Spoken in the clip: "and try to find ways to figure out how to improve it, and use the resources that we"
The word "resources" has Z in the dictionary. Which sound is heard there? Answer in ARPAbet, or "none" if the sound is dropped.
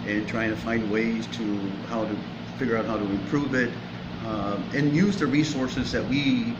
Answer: Z